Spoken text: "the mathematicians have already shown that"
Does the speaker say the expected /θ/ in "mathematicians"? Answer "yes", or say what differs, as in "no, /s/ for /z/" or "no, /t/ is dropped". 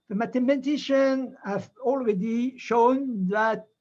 no, /t/ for /θ/